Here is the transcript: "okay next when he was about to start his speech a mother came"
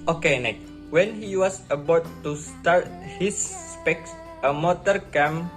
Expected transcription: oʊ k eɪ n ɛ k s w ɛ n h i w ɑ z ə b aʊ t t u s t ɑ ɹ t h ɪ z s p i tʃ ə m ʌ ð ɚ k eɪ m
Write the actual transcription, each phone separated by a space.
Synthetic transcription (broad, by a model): oʊ k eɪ n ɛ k w ɛ n h i w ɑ s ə b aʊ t t u s t ɑ ɹ t h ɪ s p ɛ s ə m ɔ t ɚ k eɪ m